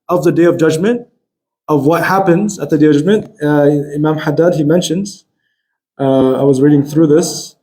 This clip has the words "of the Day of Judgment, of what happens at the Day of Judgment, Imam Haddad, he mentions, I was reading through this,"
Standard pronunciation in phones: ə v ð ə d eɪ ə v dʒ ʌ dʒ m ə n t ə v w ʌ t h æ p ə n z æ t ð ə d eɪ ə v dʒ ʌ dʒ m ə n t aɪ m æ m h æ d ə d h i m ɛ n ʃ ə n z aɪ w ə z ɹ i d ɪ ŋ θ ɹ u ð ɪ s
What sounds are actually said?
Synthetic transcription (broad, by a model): ə v ð ə d eɪ ə v dʒ ʌ dʒ m ə n t ə v w ʌ t h æ p ə n z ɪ t ð ə d eɪ ə v dʒ ʌ dʒ m ə n t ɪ m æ m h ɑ d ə d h i m ɛ n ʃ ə n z aɪ w ə z ɹ i d ɪ ŋ θ ɹ u ð ɪ s